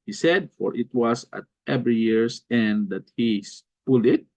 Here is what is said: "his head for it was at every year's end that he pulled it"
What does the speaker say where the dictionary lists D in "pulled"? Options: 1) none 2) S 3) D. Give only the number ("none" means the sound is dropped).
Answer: 1